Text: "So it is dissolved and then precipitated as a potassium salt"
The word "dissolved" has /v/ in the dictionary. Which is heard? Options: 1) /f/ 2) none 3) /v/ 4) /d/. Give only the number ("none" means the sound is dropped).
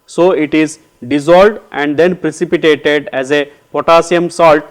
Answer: 2